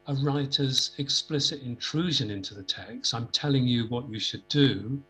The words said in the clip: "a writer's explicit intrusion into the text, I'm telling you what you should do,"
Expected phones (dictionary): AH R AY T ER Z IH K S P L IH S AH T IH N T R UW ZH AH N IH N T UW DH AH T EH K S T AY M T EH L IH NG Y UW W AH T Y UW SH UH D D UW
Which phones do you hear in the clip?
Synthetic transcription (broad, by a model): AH R AY T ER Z IH K S P L IH S AH T IH N T R UW ZH AH N IH N T UW DH AH T EH K S T AY M T EH L IH NG Y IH W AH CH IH SH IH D D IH